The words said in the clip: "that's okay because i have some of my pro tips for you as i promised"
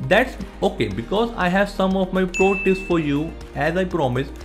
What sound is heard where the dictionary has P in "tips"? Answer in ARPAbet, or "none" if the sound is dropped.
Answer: none